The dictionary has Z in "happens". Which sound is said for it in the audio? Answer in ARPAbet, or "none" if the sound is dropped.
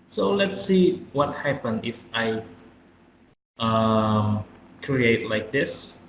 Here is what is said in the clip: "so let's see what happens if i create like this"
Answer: none